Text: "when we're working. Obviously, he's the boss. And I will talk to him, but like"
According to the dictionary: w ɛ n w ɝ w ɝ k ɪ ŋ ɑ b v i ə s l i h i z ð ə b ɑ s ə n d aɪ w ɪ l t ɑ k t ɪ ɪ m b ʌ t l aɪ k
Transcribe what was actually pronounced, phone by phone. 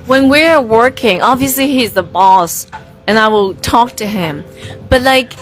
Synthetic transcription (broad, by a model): w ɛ n w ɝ w ɝ k ɪ ŋ ɑ b v i ə s l i h i z ð ə b ɑ s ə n aɪ w ɪ l t ɑ k t ɪ ɪ m b ʌ t l aɪ k